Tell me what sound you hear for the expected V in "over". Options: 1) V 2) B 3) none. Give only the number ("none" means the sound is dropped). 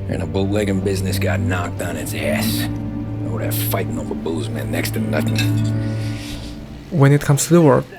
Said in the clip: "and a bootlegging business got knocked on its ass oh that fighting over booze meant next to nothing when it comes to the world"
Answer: 2